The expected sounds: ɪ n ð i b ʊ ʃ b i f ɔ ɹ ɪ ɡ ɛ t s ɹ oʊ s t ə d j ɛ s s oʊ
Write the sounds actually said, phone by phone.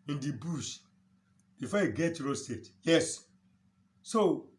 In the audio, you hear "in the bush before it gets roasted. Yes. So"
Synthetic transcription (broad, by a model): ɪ n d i b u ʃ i f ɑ ɪ ɡ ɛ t ɹ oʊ s t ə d j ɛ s s oʊ